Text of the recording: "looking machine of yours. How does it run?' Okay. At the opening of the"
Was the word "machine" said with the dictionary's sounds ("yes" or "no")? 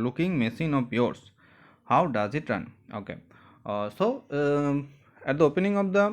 no